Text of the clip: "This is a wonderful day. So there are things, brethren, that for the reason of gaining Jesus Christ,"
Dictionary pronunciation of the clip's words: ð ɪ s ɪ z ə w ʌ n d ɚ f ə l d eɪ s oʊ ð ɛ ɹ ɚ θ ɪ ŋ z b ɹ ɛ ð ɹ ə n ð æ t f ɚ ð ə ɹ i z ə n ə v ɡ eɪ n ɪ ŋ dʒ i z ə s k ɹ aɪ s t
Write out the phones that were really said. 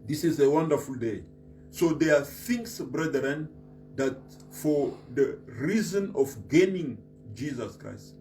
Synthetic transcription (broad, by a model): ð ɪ s ɪ z ə w ʌ n d ɚ f ə l d eɪ s oʊ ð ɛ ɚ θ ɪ ŋ s b ɹ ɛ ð ɹ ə n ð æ t f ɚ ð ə ɹ i z ə n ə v ɡ eɪ n ɪ ŋ dʒ i z ə s k ɹ aɪ s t